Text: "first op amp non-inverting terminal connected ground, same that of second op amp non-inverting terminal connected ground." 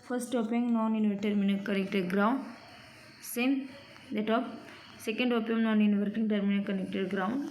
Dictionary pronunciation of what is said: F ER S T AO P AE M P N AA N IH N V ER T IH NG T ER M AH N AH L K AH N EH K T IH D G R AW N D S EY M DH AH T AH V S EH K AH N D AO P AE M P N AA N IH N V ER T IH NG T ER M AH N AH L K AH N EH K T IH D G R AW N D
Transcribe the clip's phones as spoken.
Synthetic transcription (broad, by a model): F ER S T AO P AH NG N AA N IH N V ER T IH T M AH N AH K AH N EH K T IH D G R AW N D S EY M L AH T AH P S EH K AH N D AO P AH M N AA N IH N V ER T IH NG T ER M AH N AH K AH N EH K T IH D G R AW N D